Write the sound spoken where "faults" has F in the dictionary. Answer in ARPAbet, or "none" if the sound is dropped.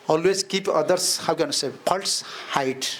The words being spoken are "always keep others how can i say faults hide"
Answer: P